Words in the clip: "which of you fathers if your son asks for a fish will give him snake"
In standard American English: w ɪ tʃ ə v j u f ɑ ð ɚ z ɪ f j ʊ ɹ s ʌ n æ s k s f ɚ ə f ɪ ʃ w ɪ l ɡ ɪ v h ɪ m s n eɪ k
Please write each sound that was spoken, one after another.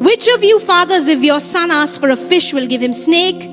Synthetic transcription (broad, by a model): w ɪ tʃ ə v j u f ɑ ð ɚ z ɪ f j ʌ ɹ s ʌ n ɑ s s f ɚ ə f ɪ ʃ w ɪ l ɡ ɪ v h ɪ m s n eɪ k